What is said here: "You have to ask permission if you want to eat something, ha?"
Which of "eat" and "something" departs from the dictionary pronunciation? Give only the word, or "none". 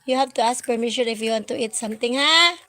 something